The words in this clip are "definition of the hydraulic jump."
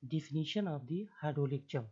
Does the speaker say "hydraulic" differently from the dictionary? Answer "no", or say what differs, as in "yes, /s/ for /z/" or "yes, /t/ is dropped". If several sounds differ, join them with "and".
yes, /ɹ/ is dropped